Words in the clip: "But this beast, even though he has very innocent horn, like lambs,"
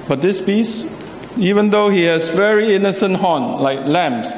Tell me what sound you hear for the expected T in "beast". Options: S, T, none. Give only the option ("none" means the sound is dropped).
none